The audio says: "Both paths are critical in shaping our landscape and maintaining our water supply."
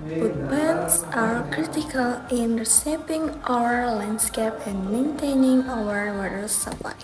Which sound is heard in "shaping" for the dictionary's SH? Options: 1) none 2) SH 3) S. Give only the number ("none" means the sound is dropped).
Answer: 3